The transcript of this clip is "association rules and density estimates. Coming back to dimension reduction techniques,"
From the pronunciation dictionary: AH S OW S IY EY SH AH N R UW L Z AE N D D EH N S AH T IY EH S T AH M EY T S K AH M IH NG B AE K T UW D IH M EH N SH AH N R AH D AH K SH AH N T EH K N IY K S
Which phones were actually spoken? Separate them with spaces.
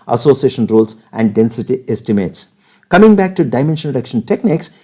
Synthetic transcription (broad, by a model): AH S OW S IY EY SH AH N R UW L S AE N D D EH N S AH T IY EH S T AH M EY T S K AH M IH NG B AE K T UW D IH M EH N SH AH N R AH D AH K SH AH N T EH K N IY K S